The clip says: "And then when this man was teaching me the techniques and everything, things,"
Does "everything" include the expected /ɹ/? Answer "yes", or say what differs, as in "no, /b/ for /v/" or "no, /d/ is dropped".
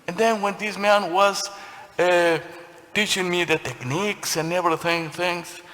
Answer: no, /ɹ/ is dropped